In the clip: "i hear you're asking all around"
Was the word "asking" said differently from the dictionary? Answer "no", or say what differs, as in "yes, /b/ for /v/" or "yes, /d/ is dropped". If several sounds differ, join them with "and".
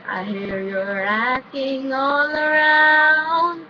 yes, /s/ is dropped